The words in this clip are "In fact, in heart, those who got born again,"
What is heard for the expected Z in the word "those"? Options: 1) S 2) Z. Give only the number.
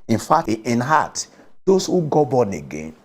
1